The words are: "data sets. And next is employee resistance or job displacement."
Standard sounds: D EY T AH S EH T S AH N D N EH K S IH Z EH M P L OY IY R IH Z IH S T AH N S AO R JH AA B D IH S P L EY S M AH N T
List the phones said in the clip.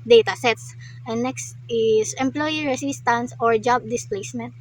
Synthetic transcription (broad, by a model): D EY T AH S EH T S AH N N EH K S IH S EH M P L OY IY R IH S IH S T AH N S AO R JH AA B D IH S P L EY S M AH N T